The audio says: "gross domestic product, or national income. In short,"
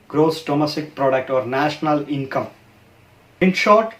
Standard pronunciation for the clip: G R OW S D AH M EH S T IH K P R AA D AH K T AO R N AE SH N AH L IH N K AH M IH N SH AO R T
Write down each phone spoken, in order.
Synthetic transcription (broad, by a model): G R OW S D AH M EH S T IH K P R AA D AH K T AO R N AE SH N AH L IH N K AH M IH N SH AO R T